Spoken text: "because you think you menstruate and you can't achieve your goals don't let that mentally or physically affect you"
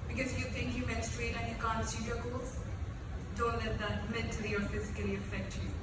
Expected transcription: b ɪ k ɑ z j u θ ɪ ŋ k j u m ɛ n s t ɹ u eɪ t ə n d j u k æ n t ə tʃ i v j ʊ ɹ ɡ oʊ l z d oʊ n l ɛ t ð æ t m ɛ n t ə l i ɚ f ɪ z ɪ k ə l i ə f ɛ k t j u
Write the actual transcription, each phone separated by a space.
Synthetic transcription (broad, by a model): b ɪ k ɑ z j u t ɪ ŋ k j u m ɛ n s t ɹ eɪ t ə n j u k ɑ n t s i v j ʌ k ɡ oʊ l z d oʊ n l ɛ t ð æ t m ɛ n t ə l i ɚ f ɪ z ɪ k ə l i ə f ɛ k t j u